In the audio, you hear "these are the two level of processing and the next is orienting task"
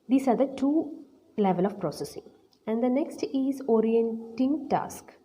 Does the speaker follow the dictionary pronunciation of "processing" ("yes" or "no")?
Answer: yes